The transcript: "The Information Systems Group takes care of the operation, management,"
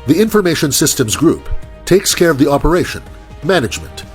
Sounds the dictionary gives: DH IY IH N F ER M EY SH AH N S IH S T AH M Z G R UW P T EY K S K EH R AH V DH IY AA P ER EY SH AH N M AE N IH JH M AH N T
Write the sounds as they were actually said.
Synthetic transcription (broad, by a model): DH IY IH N F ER M EY SH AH N S IH S T AH M Z G R UW P T EY K S K EH R AH V DH IY AA P ER EY SH AH N M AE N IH JH M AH N T